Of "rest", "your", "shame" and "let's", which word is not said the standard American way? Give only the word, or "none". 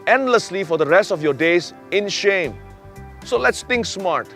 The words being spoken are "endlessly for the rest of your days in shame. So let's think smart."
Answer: none